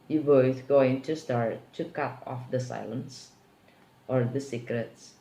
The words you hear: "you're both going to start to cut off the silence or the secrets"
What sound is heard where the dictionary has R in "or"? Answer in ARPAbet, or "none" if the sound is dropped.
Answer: R